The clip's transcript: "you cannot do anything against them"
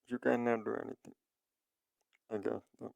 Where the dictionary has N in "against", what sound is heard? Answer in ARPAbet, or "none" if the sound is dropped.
none